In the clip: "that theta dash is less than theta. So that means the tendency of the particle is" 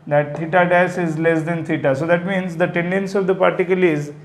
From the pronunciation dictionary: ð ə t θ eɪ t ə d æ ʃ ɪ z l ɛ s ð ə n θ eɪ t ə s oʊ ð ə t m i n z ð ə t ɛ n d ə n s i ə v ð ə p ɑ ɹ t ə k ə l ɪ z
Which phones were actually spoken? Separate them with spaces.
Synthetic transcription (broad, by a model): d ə t t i t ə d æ s ɪ z l ɛ s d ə n t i t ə s oʊ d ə t m i n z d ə t ɛ n d ə n s i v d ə p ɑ ɹ t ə k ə l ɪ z